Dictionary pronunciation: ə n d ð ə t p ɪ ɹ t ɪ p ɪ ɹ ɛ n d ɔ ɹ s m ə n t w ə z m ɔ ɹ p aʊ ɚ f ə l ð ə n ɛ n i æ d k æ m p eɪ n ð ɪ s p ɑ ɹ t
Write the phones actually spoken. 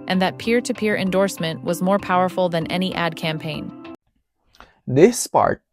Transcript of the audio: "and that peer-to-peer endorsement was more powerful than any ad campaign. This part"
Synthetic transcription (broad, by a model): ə n ð ə t p ɪ ɹ t ɪ p ɪ ɹ ɛ n d ɔ ɹ s m ə n t w ə z m ɔ ɹ p aʊ ɚ f l ð ə n ɛ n i æ d k æ m p eɪ n ð ɪ s p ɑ ɹ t